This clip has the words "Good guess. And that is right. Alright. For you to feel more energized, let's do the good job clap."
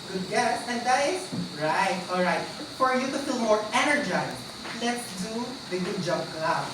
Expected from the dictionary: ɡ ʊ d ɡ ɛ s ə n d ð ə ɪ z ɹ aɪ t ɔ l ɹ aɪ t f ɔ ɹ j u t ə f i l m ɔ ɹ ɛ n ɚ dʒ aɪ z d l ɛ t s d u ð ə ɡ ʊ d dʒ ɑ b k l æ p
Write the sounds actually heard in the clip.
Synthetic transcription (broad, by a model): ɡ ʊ d ɡ ɛ s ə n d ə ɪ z ɹ aɪ t ɔ l ɹ aɪ t f ɔ ɹ j u t ə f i l m ɔ ɹ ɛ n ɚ dʒ aɪ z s l ɛ t s d u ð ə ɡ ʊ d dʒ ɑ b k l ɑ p